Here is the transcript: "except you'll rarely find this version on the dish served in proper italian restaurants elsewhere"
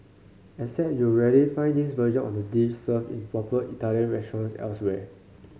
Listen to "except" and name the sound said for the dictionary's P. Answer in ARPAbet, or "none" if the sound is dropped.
none